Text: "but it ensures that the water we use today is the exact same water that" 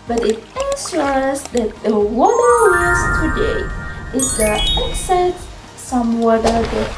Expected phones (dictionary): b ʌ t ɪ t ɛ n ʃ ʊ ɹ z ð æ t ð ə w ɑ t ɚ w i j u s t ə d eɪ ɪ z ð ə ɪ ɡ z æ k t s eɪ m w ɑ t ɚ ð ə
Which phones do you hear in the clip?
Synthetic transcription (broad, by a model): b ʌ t ɪ t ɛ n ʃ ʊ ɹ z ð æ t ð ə w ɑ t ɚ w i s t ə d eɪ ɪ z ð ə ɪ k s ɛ t s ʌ m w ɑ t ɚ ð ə